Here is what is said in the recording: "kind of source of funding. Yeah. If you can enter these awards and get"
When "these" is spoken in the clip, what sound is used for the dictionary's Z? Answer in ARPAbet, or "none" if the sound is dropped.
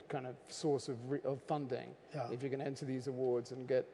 Z